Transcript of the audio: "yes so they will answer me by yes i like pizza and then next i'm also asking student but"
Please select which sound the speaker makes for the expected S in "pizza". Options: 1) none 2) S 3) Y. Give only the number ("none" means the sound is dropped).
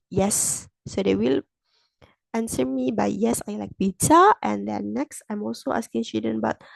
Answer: 1